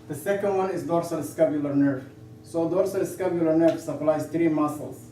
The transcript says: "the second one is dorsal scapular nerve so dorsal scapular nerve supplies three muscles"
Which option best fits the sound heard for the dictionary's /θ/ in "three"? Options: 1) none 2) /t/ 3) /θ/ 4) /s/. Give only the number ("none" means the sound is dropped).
2